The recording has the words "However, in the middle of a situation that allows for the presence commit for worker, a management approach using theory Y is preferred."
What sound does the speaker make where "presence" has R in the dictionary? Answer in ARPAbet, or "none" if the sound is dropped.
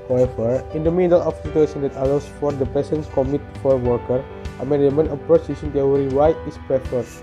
none